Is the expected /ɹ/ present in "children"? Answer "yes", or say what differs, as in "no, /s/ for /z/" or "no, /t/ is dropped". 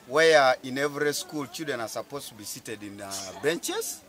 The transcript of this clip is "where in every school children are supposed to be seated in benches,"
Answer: no, /ɹ/ is dropped